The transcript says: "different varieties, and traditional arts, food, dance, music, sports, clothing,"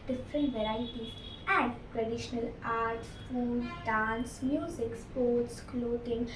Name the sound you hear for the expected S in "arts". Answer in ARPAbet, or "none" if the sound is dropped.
none